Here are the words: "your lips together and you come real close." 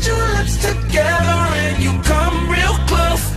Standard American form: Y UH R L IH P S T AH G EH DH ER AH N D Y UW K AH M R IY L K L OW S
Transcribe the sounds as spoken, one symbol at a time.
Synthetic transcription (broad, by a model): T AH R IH S T AH G EH DH ER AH N Y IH K AH M R IY L K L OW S